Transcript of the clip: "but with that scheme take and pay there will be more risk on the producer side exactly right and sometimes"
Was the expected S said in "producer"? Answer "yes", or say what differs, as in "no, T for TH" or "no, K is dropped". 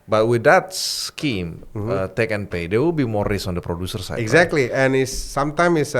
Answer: yes